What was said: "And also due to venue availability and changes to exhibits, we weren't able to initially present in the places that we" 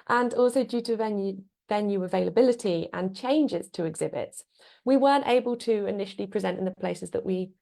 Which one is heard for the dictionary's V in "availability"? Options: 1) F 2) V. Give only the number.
2